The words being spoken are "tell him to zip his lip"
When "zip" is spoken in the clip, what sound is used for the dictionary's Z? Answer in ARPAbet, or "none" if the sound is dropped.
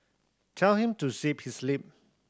S